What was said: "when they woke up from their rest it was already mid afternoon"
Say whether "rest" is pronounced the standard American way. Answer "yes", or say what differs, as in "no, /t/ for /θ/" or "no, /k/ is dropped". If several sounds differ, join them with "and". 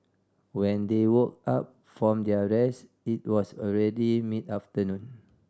no, /t/ is dropped